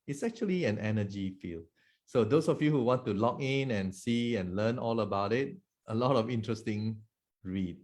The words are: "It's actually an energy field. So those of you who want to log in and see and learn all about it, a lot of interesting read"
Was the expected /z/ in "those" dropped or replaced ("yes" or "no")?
yes